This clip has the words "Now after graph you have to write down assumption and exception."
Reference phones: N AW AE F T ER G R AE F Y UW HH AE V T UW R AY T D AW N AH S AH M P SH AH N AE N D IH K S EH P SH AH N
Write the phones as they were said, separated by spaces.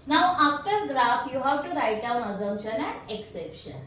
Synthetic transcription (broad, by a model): N AW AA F T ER G R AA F Y UW HH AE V T UW R AY T D AW N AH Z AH M SH AH N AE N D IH K S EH P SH AH N